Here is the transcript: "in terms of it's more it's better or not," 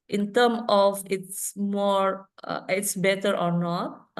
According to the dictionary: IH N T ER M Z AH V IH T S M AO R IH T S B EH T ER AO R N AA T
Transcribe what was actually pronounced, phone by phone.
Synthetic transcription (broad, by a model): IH N T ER M AH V IH T S M AO R IH T S B EH T ER AO R N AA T